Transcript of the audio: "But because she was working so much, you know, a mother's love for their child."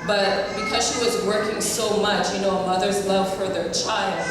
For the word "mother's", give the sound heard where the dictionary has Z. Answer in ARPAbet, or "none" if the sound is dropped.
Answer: Z